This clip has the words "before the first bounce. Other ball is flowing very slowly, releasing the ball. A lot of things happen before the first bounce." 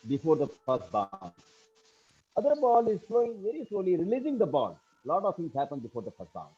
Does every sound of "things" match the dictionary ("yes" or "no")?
no